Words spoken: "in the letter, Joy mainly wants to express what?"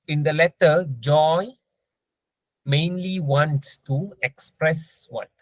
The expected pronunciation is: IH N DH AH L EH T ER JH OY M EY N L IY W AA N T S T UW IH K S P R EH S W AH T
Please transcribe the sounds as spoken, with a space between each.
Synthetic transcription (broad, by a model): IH N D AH L EH T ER JH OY M EY N L IY W AA N T S T UW IH K S P R EH S W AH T